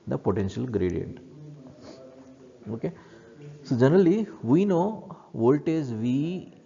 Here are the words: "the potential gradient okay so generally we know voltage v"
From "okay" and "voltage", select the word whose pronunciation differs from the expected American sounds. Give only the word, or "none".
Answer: voltage